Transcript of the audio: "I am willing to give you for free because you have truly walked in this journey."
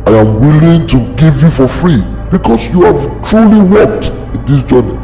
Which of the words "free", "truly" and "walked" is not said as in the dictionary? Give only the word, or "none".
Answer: none